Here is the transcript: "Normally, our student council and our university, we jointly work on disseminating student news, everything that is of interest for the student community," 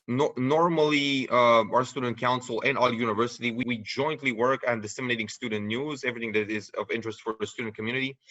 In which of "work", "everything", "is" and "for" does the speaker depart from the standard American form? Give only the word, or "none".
none